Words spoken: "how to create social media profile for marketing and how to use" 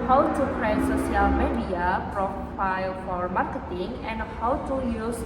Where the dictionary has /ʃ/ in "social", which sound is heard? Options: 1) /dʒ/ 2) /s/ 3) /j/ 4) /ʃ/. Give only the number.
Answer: 2